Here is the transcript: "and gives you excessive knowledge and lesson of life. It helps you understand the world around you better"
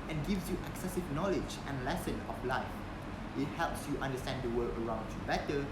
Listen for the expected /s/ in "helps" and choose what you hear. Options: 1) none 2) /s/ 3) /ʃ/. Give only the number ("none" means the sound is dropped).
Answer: 2